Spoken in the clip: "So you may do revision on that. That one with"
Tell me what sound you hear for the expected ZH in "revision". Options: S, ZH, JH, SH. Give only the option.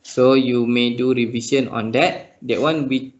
S